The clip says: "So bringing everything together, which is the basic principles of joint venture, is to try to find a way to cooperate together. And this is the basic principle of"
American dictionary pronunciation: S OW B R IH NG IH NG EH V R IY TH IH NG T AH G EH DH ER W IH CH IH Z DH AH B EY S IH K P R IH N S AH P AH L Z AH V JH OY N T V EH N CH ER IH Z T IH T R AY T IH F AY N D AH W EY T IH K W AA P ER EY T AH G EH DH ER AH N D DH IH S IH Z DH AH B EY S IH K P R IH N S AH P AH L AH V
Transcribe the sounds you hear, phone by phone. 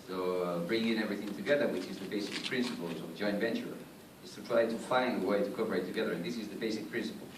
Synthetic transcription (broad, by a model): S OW B R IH NG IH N EH V R IY TH IH NG T AH G EH DH ER W IH CH IH Z DH AH B EY S IH K P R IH N S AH P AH L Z AH V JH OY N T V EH N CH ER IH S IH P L AY T IH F AY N AH W EY T IH K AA P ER EY T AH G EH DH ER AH N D DH IH S IH Z DH AH B EY S IH K P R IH N S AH P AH L